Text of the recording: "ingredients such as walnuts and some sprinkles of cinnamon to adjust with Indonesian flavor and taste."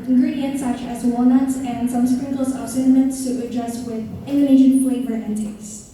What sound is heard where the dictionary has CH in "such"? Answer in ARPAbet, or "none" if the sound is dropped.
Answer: none